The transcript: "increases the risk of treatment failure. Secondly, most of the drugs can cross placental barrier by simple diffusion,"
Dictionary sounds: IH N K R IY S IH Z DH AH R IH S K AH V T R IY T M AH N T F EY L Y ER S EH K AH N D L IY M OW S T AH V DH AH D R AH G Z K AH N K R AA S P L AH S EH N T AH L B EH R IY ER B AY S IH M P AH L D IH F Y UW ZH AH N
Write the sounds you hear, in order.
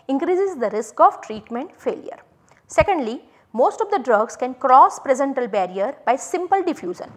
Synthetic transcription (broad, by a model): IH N K R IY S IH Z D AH R IH S K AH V T R IY T M AH N T F EY L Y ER S EH K AH N D L IY M OW S T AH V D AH D R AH G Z K AH N K R AA S P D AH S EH N T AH L B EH R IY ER B AY S IH M P AH L D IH F Y UW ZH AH N